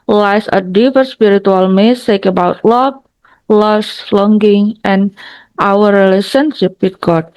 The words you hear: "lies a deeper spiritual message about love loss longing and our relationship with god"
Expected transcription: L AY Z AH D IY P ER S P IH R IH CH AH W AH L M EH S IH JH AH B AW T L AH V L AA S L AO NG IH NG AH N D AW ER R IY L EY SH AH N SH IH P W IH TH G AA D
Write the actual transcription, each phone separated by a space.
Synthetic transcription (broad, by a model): L AY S AH D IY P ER S P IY R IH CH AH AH L M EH S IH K AH B AW T L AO B L AA S L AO NG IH NG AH N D AW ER R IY L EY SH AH N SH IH P W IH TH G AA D